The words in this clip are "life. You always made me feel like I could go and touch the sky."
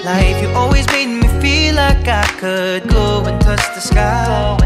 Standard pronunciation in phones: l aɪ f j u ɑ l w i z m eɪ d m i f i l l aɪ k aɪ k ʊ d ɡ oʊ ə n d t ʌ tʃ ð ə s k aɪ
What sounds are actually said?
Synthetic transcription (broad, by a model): l aɪ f j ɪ ɑ l w i z m eɪ d m i f i l l aɪ k aɪ k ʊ d ɡ oʊ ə n t ʌ tʃ ð ə s k aɪ